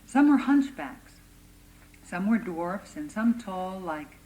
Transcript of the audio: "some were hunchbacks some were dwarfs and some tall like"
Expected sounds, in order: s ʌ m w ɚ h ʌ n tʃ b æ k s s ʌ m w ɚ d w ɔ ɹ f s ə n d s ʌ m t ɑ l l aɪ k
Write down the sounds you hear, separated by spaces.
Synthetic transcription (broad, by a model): s ʌ m w ɚ h ʌ n tʃ b æ k s s ʌ m w ɚ d w ɔ ɹ f s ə n s ʌ m t ɑ l l aɪ k